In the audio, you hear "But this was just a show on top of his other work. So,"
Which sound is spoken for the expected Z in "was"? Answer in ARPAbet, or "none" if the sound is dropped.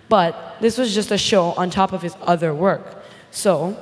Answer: Z